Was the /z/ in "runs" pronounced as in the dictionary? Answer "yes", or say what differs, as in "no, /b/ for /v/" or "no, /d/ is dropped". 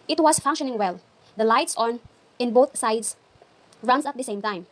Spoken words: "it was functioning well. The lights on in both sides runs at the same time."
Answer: no, /s/ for /z/